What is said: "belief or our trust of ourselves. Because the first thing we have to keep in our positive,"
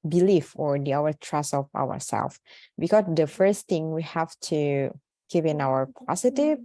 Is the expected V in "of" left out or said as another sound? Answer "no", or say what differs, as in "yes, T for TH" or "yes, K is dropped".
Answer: yes, W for V